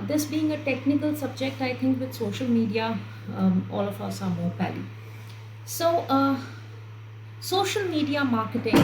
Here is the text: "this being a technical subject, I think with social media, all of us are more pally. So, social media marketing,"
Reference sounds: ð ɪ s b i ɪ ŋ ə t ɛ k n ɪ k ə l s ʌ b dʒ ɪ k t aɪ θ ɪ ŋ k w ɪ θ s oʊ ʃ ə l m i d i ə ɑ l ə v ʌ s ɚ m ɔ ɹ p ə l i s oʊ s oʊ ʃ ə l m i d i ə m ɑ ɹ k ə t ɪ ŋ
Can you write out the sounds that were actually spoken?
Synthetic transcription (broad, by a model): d ɪ s b i ɪ ŋ ə t ɛ k n ɪ k ə l s ʌ b dʒ ɪ k t aɪ t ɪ ŋ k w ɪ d s oʊ ʃ ə l m i d i ə ɑ l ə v ʌ s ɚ m ɔ ɹ p ə l i s oʊ s oʊ ʃ ə l m i d i ə m ɑ ɹ k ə t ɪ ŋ